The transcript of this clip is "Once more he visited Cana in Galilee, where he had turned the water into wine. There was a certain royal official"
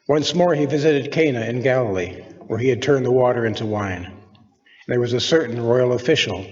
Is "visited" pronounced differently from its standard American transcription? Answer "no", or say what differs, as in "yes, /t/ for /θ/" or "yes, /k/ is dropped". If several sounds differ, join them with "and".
no